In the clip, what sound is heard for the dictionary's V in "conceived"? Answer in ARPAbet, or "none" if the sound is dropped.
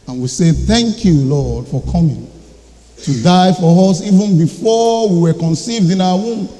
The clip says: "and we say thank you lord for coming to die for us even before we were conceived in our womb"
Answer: V